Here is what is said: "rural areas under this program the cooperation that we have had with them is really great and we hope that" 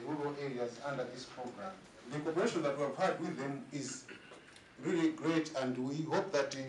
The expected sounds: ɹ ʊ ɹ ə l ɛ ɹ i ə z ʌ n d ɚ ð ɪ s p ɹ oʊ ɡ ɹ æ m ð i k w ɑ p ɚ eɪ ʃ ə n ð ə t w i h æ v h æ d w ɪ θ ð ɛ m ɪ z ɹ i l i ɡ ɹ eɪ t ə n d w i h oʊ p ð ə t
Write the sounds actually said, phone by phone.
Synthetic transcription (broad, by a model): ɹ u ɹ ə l ɛ ɹ i ə z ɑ n d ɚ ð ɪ s p ɹ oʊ ɡ ɹ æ m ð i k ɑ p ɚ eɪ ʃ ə n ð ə t w i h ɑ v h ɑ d w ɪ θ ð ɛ m ɪ z ɹ i l i ɡ ɹ eɪ t ə n d w i h oʊ p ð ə t